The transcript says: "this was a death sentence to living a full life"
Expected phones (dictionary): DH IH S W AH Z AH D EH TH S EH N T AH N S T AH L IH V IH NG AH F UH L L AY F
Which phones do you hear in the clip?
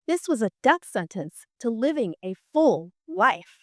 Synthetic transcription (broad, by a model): DH IH S W AH Z AH D EH TH S EH N T AH N S T AH L IH V IH NG AH F UH L L AY F